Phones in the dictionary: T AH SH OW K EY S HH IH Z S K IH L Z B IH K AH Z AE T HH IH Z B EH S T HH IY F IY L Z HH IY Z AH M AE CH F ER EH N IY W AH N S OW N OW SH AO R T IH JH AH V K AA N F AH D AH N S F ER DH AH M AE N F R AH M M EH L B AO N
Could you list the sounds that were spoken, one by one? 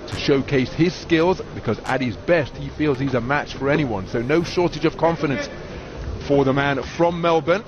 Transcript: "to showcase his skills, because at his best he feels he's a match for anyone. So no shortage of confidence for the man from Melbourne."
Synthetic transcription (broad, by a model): T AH SH OW K EY S HH IH Z S K IH L Z B IH K AH Z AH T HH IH Z B EH S T HH IY F IY L Z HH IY Z AH M AE CH F ER EH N IY W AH N S OW N OW SH AO R T IH JH AH V K AA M F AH D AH N S F ER DH AH M AE N F R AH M M EH L B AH N